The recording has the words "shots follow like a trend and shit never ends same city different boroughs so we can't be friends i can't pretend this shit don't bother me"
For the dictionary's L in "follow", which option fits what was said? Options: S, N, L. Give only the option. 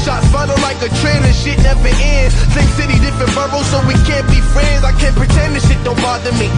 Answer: N